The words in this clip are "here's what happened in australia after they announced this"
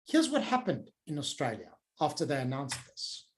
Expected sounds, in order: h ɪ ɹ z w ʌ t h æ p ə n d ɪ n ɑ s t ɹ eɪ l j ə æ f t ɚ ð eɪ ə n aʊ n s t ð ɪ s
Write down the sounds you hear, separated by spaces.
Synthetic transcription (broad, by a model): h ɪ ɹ z w ʌ t h æ p ə n d ɪ n ɑ s t ɹ eɪ l j ə æ f t ɚ ð eɪ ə n aʊ n s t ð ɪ s